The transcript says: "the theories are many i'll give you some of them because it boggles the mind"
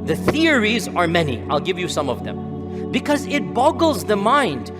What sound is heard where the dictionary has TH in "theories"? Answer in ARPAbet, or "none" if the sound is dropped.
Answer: TH